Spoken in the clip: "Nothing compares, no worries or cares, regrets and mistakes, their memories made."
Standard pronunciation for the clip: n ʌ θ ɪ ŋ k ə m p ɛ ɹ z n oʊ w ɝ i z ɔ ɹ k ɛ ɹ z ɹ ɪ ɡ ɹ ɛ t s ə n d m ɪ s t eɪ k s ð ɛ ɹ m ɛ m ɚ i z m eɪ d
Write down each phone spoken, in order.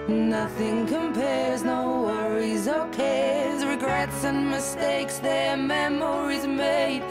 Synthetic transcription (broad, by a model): n ʌ θ ɪ ŋ k ə m p ɛ ɹ z n oʊ w ɝ i z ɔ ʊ k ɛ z ɹ ɪ ɡ ɹ ɛ t s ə n m ɪ s t eɪ k s ð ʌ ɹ m ɛ m ɚ i z m eɪ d